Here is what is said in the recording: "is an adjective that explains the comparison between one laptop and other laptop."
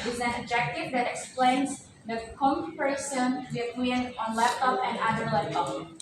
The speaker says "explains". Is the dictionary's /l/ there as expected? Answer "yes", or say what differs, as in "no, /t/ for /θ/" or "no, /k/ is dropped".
yes